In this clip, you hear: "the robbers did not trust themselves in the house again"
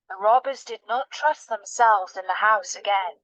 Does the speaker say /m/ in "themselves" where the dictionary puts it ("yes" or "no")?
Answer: yes